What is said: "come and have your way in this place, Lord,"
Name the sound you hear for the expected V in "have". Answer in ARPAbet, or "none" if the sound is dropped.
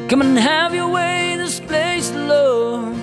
V